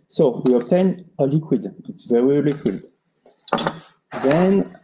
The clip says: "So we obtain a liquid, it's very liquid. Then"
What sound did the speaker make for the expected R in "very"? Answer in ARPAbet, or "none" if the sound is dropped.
R